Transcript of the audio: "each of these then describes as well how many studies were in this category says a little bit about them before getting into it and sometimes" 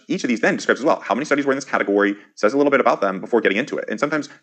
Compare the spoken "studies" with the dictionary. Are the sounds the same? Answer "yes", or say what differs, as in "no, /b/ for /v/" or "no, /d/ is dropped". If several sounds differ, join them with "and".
yes